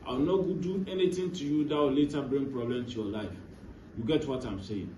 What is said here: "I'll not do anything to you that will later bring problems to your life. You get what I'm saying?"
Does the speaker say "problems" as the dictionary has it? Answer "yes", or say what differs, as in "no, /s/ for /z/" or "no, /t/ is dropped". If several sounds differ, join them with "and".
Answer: no, /z/ is dropped